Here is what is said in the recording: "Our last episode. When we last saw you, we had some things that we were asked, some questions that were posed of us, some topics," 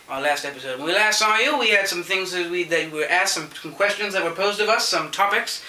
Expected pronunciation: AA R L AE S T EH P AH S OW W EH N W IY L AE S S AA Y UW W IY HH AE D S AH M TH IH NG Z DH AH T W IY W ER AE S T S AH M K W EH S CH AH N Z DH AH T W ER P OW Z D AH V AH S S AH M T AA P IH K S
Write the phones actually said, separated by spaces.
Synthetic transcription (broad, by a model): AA L AE S T EH P AH S OW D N W IY L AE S S AA Y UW W IY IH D S AH M TH IH NG Z DH AH T W IY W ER AE S T S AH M K W EH S CH AH N Z DH AH T W ER P OW Z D AH V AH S S AH M T AA P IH K S